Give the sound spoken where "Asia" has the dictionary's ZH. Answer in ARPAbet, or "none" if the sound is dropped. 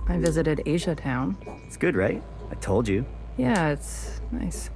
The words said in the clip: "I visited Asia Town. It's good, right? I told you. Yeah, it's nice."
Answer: ZH